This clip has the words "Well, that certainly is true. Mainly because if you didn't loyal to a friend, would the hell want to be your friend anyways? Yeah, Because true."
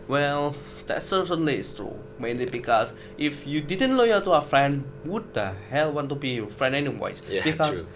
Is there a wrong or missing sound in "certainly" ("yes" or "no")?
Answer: yes